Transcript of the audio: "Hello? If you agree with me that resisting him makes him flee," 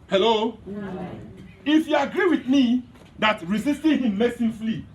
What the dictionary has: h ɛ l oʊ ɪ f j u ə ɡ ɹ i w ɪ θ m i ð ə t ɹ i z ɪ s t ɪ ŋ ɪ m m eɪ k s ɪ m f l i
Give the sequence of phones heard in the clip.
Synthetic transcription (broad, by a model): h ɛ l oʊ ɪ f j u ə ɡ ɹ i w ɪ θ m i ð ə t ɹ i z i s t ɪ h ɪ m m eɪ s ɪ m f l i